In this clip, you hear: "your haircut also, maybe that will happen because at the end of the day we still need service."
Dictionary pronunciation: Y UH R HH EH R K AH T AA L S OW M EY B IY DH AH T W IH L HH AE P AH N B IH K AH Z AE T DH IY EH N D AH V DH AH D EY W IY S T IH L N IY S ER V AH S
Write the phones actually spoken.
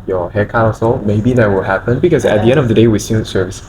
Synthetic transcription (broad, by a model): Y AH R HH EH K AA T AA S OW M EY B IY DH AH T W IH L HH AE P AH N B IH K AH Z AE T DH IY EH N D AH V DH AH D EY W IY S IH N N S ER V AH S